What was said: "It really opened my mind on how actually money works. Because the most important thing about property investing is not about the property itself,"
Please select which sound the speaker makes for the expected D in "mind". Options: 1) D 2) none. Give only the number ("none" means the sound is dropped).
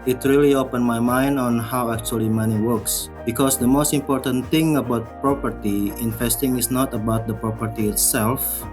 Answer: 1